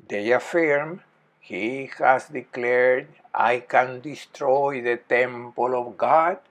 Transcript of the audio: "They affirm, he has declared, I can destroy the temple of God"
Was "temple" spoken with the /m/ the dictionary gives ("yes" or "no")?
yes